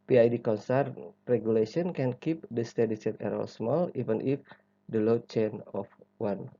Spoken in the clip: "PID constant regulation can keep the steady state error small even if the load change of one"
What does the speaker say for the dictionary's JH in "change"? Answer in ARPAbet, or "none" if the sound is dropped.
none